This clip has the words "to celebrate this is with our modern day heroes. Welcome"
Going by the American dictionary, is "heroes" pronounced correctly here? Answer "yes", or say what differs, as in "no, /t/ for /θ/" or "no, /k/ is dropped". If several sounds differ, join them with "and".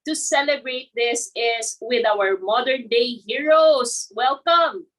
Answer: no, /s/ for /z/